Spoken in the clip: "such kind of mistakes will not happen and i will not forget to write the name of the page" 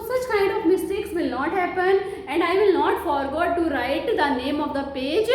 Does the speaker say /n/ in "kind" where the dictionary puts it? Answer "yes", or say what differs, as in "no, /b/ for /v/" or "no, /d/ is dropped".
yes